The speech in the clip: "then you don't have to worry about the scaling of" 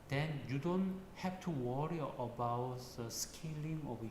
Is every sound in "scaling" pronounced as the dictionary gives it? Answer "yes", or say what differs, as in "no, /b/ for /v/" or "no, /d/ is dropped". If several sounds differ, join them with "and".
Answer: yes